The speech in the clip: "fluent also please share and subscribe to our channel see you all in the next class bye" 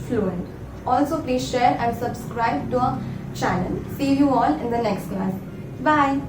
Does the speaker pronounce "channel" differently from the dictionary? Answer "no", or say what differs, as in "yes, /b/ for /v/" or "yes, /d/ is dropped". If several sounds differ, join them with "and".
yes, /n/ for /l/